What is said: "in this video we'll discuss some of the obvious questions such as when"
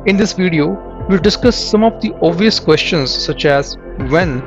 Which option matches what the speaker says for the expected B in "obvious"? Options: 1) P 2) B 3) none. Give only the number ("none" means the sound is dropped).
3